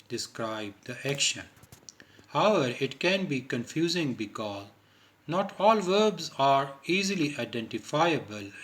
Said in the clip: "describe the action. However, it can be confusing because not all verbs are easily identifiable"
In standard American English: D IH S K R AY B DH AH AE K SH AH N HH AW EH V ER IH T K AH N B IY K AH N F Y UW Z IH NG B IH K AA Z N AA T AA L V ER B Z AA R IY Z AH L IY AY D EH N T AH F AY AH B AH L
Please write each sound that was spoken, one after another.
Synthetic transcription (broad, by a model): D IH S K R AY B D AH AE K SH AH N HH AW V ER IH T K AH N B IY K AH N F Y UW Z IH NG B IH K AA Z N AA T AA L V ER B Z AA R IY Z AH L IY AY D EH N T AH F AY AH B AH L